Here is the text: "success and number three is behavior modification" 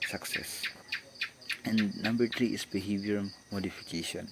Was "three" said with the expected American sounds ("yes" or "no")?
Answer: no